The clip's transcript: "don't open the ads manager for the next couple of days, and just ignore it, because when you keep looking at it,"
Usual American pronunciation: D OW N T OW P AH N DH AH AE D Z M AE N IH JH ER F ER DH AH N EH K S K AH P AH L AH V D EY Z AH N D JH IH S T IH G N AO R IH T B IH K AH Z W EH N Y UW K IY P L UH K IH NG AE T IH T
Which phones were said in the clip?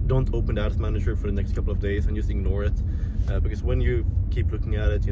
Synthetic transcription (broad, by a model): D OW N T OW P AH N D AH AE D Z M AE N IH JH ER F ER DH AH N EH K S K AH P L AH V D EY Z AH N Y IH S IH G N AO R IH T B IH K AH Z W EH N Y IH K IY P L UH K IH NG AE T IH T